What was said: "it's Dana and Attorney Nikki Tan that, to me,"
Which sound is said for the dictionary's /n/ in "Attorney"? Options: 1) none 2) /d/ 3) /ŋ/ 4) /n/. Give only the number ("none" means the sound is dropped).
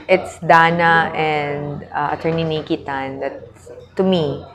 4